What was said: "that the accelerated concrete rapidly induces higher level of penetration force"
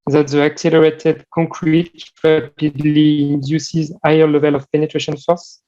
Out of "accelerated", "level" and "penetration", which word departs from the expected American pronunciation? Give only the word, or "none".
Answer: none